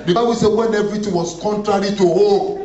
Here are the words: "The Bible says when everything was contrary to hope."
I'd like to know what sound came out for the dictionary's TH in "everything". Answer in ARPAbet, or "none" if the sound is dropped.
T